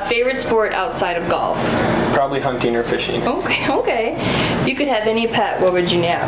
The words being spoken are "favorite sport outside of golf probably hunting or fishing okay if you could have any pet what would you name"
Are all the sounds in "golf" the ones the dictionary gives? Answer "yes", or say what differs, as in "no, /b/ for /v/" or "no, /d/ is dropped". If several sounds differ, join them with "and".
yes